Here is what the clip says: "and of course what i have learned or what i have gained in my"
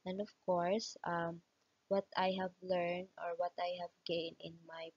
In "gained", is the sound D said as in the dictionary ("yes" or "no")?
no